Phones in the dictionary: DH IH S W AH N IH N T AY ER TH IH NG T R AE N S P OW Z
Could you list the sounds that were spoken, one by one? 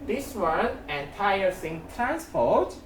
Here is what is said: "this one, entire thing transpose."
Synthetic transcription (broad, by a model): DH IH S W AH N IH N T AY ER S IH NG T R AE N S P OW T